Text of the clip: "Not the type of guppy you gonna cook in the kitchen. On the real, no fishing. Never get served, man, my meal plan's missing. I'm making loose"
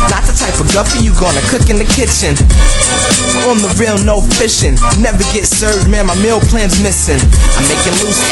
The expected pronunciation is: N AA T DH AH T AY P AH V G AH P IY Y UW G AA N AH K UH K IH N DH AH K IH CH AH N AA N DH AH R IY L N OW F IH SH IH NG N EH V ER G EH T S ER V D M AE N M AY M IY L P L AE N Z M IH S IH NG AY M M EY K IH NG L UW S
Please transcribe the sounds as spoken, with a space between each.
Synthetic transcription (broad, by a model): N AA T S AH T AY P AH V G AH F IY Y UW G AA N AH K UH K IH N DH AH K IH CH AH N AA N DH AH R IY L N OW F IH SH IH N N EH V ER G EH T S ER V D M AE N M AY M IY L P L AE N Z M IH S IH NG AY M M EY K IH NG L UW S